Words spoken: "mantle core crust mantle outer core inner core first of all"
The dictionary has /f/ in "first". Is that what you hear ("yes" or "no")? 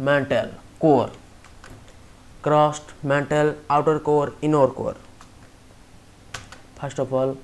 no